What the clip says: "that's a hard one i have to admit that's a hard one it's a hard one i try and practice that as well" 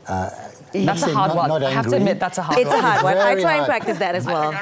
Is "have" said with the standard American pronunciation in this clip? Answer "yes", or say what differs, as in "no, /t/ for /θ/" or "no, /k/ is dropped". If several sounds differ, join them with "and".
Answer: no, /f/ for /v/